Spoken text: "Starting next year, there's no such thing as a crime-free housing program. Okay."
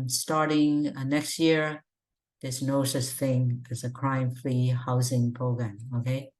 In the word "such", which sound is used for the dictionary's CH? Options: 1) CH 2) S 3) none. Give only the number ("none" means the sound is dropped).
2